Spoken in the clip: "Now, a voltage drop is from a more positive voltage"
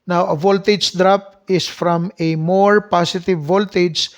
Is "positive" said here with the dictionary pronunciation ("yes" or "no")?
no